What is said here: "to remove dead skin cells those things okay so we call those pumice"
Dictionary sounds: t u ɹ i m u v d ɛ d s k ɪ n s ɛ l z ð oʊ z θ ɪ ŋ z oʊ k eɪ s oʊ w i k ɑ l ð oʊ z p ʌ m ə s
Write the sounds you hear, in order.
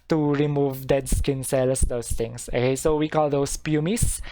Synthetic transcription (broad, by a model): t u ɹ i m u v d ɛ d s k ɪ n s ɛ l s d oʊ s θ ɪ ŋ s oʊ k eɪ s oʊ w i k ɑ l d oʊ s p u m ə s